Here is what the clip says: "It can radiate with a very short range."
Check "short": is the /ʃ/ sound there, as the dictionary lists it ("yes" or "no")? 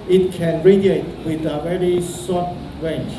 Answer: no